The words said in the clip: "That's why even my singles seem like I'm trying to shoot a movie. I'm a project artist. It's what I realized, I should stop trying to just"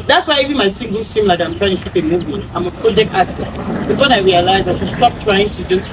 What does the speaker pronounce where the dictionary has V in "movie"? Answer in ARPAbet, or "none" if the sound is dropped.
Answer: B